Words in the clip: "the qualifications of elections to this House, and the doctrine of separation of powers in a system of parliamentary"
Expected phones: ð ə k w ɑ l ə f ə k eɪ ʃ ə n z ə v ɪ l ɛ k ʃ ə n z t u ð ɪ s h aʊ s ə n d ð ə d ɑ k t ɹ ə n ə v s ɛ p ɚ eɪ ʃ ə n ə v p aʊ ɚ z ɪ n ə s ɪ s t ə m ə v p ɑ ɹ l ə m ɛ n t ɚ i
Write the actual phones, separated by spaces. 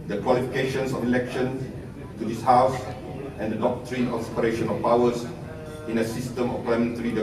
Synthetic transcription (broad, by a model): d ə k w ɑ l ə f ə k eɪ ʃ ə n s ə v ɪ l ɛ k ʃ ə n t u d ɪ s h aʊ s ə n d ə d ɑ k t ɹ ə n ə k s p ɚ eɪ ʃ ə n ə f p aʊ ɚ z ɪ n ə s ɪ s t ə m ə f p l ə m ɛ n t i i